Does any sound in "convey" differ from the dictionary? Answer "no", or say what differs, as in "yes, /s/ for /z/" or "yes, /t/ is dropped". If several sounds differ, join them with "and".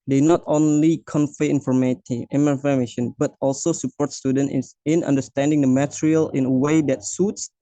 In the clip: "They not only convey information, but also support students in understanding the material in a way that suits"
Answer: yes, /f/ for /v/